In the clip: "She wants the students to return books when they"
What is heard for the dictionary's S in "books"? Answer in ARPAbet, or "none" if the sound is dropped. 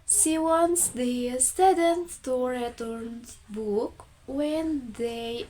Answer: none